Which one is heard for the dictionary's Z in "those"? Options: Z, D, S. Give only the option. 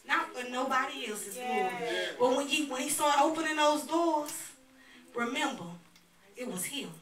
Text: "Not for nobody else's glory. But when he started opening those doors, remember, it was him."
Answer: Z